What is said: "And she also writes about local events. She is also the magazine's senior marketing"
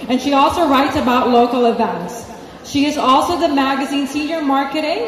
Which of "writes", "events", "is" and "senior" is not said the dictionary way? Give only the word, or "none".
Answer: none